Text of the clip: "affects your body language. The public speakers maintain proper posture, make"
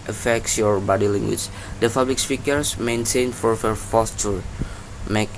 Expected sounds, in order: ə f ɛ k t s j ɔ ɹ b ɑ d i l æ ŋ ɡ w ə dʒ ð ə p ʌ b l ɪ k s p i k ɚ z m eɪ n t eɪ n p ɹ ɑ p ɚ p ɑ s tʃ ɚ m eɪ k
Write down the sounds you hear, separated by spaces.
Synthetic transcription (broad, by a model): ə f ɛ k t s j ɔ ɹ b ɑ d i l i ŋ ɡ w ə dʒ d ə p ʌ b l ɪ k s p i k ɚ s m eɪ n t eɪ n f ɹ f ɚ f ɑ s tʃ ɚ m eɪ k